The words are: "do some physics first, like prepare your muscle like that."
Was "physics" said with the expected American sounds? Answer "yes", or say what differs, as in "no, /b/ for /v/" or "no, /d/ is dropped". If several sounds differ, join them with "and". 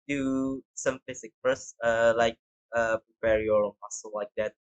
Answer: no, /s/ is dropped